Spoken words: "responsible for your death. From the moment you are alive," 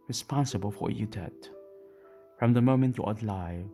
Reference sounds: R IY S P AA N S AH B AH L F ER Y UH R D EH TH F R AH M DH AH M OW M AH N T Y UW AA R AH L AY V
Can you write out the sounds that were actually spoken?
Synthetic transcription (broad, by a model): R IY S P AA N S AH B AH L F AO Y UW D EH T F R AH M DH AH M OW M AH N T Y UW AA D L AY